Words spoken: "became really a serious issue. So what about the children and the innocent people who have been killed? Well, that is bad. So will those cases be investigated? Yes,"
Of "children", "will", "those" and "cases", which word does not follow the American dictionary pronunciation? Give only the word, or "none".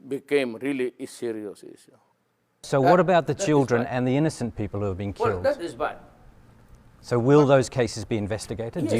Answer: none